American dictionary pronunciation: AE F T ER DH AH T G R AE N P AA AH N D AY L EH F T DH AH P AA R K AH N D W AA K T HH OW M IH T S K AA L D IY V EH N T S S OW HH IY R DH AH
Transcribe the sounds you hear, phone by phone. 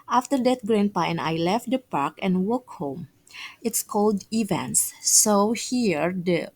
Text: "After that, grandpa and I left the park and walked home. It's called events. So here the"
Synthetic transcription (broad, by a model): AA F T ER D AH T G R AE N P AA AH N AY L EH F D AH P AA R K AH N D W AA K HH OW M IH T S K AA L D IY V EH N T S S OW HH IY R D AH